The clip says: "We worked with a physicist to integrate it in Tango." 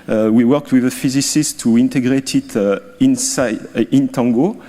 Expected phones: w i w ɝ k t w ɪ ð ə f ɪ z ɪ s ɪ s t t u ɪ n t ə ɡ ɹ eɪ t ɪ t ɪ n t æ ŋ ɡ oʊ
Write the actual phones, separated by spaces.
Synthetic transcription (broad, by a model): w i w ɝ k t w ɪ ð ə f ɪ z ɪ s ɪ s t t u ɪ n t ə ɡ ɹ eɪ t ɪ t ɪ n t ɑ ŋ ɡ oʊ